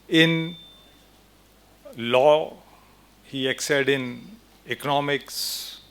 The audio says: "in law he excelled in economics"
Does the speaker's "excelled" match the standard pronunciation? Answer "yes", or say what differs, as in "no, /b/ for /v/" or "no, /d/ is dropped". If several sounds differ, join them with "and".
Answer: no, /l/ is dropped